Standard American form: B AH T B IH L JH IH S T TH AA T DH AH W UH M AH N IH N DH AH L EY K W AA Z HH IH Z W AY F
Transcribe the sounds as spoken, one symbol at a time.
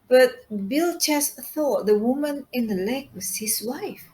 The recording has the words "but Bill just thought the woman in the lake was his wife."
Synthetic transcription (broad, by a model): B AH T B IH L CH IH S TH AA T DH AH W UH M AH N IH N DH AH L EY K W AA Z HH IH S W AY F